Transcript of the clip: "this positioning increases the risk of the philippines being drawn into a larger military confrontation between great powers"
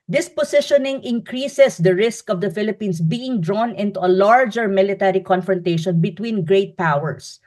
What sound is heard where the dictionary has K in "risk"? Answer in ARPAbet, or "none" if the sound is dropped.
K